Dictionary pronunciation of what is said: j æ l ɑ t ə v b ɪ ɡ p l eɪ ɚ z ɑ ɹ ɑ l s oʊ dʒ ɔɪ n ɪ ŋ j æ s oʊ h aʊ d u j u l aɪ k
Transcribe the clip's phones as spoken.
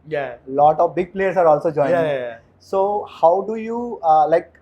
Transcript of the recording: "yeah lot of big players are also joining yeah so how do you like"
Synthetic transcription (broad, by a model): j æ l ɑ t ə v b ɪ ɡ p l eɪ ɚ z ɑ ɹ ɑ l s oʊ dʒ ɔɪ ɪ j s oʊ h aʊ d u j u l aɪ k